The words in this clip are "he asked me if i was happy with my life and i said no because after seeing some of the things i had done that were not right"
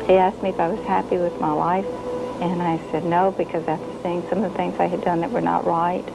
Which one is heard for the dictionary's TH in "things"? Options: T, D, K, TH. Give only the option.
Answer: TH